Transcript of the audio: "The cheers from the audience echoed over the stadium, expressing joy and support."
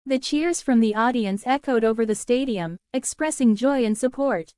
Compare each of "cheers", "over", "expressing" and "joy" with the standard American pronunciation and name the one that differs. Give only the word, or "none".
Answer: none